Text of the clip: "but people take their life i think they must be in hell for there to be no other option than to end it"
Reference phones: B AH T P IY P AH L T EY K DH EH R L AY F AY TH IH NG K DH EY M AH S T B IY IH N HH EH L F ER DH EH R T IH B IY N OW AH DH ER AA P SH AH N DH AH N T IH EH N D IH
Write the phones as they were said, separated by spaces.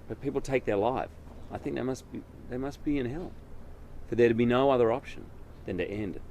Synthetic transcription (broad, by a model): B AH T P IY P L T EY K DH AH R L AY F AY TH IH NG K DH EY M AH S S B IY IH N HH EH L F ER DH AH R T IH B IY N OW AH DH ER AA P SH AH N DH AH N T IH EH N D